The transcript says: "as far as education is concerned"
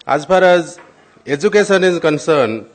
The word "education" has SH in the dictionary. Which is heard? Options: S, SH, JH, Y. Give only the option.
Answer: S